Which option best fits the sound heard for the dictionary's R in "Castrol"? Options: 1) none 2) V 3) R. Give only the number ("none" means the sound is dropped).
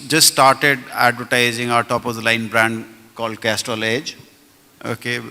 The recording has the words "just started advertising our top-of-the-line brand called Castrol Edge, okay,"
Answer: 1